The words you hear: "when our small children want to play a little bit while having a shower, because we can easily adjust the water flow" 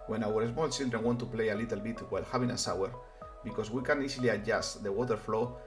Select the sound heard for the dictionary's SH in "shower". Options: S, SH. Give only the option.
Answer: S